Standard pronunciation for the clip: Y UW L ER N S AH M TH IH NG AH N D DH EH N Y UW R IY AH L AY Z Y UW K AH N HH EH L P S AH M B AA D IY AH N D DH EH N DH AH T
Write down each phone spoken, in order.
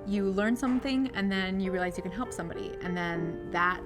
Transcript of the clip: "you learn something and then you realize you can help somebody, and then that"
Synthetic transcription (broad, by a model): Y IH L ER N S AH M TH IH NG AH N DH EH N Y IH R IY AH L AY Z Y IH K AH N HH EH L P S AH M B AA D IY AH N DH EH N DH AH T